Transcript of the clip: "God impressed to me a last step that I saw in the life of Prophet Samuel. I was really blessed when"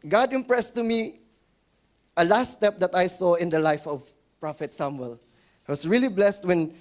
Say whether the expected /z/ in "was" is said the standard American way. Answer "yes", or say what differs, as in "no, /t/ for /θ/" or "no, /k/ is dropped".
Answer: no, /s/ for /z/